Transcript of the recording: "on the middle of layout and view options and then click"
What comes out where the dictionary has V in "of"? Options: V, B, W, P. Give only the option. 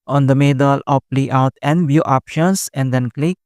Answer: P